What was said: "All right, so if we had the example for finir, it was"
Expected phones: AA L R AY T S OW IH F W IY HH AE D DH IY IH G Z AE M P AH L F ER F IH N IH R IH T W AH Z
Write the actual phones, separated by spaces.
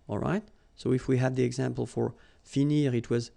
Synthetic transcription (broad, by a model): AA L R AY T S OW IH F W IY HH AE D DH IY IH G Z AE M P AH L F ER F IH N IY R IH T W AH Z